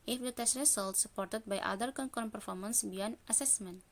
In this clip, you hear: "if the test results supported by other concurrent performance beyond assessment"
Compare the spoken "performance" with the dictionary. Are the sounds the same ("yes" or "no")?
yes